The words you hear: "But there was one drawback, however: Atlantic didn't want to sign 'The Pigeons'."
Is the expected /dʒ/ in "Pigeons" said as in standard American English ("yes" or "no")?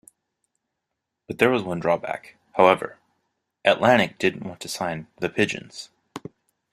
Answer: yes